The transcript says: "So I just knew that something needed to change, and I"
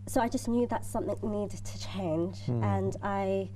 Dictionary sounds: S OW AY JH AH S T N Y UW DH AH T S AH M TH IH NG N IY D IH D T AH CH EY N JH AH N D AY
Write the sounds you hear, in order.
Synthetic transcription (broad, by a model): S OW AY JH AH S N Y UW DH AH T S AH M TH IH NG N IY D D T AH CH EY N JH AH N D AY